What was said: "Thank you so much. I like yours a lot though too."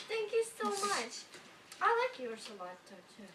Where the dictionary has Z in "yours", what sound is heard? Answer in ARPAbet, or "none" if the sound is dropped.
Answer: S